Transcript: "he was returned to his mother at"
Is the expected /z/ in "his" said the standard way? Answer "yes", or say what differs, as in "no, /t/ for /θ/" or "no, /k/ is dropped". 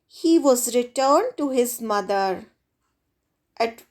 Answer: yes